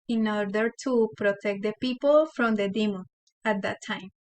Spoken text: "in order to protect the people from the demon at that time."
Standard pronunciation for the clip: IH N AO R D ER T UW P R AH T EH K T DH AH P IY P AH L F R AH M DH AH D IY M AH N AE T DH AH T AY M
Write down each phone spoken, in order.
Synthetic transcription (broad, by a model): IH N AO R D ER T UW P R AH T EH K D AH P IY P AH L F R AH M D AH D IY M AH AE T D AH T AY M